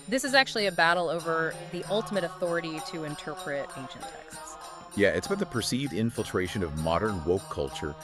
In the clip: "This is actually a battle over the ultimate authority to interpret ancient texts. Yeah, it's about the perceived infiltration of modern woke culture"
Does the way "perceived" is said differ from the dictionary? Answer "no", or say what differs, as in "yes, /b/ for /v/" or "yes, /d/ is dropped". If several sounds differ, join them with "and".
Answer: no